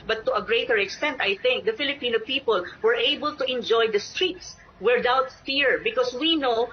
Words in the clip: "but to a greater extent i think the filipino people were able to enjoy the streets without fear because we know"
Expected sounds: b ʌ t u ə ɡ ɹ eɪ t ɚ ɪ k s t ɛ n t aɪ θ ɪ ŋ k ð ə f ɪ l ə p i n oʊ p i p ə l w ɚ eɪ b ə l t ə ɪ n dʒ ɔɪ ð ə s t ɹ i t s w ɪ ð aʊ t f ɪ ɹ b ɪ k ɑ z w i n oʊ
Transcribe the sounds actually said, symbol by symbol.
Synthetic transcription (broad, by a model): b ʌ t u ə ɡ ɹ eɪ t ɚ ɪ k s t ɛ n t aɪ θ ɪ ŋ k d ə f ɪ l ə p i n oʊ p i p ə l w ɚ eɪ b ə l t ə ɪ n dʒ ɔɪ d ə s t ɹ i t s w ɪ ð aʊ t f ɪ ɹ b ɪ k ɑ s w i n oʊ